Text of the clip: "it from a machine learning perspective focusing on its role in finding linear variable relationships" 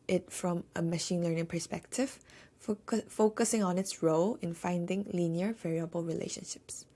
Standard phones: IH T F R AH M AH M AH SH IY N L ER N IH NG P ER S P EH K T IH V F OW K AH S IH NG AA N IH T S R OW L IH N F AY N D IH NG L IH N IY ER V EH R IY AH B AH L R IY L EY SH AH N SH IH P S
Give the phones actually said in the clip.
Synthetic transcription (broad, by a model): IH T F R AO M AH M AH SH IY N L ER N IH NG P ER S P EH K T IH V F OW K AH S IH NG AA N IH T S R OW L IH N F AY N D IH NG L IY N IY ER V EH R IY AH B AH L R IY L EY SH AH N SH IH P S